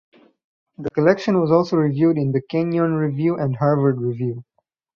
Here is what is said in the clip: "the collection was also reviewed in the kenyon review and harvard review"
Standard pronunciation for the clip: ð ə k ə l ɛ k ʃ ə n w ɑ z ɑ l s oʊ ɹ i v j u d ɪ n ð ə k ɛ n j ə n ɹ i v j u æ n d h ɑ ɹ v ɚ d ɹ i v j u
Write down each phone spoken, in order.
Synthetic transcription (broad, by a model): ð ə k ə l ɛ k ʃ ə n w ɑ z ɑ l s oʊ ɹ i v j u d ɪ n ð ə k ɛ n j ə n ɹ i v j u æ n d h ɑ ɹ v ɚ d ɹ i v j u